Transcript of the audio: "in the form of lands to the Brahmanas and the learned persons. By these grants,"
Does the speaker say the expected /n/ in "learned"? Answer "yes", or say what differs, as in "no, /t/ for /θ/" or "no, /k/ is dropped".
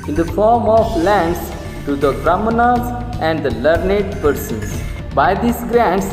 yes